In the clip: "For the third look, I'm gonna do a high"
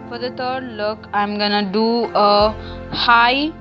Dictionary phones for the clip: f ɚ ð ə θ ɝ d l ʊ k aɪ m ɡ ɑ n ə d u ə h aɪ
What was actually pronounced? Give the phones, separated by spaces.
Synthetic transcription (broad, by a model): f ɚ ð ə t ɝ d l ʊ k aɪ m ɡ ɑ n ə d u ə h aɪ